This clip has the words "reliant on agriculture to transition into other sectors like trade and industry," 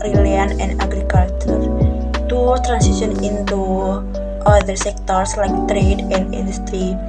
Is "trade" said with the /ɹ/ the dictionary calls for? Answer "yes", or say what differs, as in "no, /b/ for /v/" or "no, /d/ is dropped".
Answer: yes